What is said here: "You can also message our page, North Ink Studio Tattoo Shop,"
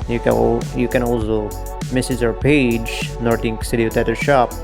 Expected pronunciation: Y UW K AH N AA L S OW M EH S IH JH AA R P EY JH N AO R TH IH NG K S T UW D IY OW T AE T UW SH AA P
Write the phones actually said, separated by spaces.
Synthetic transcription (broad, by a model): Y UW K AH N AA L S OW M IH S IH Z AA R P EY JH N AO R T IH NG K S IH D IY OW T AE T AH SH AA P